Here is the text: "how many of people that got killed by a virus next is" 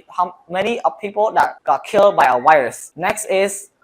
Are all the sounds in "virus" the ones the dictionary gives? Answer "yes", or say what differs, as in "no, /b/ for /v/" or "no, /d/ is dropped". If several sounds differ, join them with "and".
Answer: no, /w/ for /v/